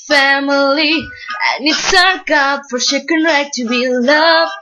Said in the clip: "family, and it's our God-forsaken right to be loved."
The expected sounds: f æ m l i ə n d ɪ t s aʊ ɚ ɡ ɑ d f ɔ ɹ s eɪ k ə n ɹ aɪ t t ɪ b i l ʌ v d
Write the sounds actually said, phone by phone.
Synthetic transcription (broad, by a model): f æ m l i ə n ɪ t s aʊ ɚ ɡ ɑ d f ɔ ɹ ʃ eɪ k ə n ɹ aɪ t t ɪ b i l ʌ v